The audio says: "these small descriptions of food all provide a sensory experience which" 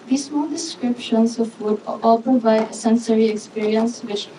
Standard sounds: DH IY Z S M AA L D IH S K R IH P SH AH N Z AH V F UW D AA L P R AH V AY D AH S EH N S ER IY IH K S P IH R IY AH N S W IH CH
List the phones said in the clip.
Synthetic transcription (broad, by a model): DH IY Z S M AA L D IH S K R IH P SH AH N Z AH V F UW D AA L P AH B AY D AH S EH N S ER IY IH K S P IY R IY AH N S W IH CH